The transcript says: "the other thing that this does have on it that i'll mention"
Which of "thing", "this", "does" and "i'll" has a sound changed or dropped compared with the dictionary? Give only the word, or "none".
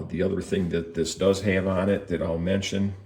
none